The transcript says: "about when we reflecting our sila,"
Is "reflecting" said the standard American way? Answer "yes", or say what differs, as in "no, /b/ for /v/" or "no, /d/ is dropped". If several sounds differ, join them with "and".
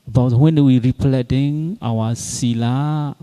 no, /p/ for /f/ and /k/ is dropped